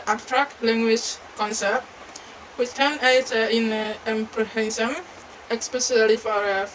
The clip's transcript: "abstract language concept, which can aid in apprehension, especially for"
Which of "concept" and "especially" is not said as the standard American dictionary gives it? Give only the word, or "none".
especially